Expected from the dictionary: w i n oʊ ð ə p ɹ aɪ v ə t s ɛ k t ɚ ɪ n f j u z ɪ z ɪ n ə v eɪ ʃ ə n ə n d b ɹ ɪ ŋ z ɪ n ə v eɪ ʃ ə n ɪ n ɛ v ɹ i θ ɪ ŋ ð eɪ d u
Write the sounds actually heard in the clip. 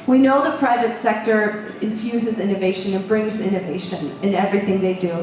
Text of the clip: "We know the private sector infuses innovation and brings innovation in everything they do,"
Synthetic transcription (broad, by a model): w i n oʊ ð ə p ɹ aɪ v ə t s ɛ k t ɚ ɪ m f j u z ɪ z ɪ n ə v eɪ ʃ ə n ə n b ɹ ɪ ŋ z ɪ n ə v eɪ ʃ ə n ɪ n ɛ v ɹ i θ ɪ ŋ ð eɪ d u